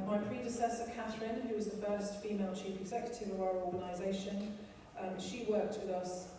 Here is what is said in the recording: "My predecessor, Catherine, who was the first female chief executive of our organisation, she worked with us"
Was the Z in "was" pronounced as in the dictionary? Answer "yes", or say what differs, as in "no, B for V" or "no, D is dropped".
yes